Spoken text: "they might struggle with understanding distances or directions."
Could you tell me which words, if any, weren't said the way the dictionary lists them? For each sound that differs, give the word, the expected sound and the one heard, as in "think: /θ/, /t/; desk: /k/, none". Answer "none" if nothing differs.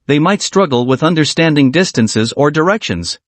none